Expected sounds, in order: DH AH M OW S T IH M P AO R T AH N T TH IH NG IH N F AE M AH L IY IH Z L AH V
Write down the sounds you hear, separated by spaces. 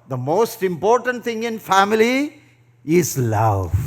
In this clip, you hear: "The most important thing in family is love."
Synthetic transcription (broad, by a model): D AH M OW S T IH M P AO R T AH N T T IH NG IH N F AE M AH L IY IH Z L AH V